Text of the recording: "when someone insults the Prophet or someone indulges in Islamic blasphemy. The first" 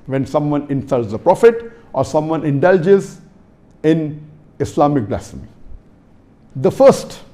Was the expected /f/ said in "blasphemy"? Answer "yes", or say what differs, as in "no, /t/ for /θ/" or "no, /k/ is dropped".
no, /f/ is dropped